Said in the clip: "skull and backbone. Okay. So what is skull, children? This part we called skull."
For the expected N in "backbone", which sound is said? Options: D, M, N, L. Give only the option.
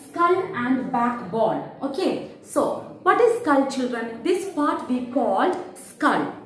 L